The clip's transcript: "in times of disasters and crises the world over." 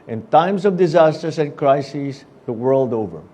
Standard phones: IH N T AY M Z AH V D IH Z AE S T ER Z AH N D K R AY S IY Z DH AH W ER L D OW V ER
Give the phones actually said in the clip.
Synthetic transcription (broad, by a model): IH N T AY M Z AH V D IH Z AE S T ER S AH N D K R AY S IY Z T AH W ER L D OW V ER